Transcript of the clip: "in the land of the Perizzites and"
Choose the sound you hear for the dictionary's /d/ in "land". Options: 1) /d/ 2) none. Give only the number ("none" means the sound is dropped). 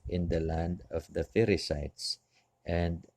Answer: 1